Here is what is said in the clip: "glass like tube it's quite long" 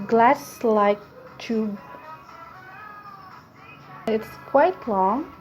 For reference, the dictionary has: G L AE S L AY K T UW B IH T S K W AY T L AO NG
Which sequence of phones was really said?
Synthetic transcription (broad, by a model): G L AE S L AY K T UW IH T S K W AY T L AO NG